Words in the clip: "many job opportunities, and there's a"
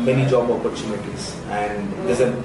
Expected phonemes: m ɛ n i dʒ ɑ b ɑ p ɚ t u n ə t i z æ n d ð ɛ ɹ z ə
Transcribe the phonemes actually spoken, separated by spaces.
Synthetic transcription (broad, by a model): m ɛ n i dʒ ɑ b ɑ p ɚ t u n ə t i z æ n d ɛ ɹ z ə